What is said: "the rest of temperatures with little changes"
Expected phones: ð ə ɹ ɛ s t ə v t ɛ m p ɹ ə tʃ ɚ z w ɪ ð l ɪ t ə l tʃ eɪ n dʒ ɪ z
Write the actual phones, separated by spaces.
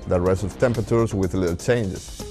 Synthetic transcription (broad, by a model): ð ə ɹ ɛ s ə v t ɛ m p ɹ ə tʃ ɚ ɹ w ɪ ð l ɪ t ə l tʃ eɪ n dʒ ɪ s